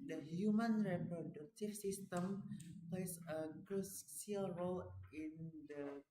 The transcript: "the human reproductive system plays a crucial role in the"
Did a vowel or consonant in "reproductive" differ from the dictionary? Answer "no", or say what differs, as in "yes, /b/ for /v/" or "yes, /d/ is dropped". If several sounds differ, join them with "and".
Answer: yes, /f/ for /v/